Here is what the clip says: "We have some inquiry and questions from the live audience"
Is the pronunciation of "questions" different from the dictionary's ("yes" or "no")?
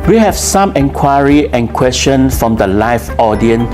yes